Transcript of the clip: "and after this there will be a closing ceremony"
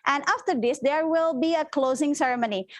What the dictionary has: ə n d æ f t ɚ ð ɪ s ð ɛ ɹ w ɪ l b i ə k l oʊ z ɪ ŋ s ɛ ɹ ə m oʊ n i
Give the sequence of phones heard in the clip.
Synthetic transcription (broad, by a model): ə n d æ f t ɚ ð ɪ s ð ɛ ɹ w ɪ l b i ə k l oʊ z ɪ ŋ s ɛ ɹ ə m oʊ n i